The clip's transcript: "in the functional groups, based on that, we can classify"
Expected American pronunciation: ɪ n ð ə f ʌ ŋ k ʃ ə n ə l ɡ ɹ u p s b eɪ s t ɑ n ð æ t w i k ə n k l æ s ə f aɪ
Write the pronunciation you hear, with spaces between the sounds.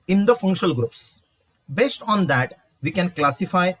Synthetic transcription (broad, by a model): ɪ n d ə f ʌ ŋ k ʃ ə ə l ɡ ɹ u p s b eɪ s t ɑ n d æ t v i k ə n k l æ s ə f aɪ